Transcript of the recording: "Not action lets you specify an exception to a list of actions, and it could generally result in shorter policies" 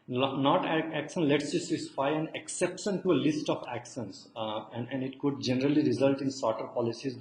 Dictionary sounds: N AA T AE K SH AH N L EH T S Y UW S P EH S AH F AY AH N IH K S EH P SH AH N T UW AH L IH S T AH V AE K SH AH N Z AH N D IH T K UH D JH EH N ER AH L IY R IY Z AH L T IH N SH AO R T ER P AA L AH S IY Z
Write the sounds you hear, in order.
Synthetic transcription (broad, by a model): N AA T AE K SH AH N L EH T S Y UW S IY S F AY AH N IH K S EH P SH AH N T UW AH L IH S T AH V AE K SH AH N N AH N D IH T K UH D JH EH N ER AH L IY R IY Z AH L T IH N S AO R T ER P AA L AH S IY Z